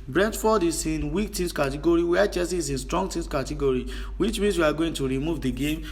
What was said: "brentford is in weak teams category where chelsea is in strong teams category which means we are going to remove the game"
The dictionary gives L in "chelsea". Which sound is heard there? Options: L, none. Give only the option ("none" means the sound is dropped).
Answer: none